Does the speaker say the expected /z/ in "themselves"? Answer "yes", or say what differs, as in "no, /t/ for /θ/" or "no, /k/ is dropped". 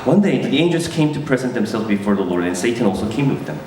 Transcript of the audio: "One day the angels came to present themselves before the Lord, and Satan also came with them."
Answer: yes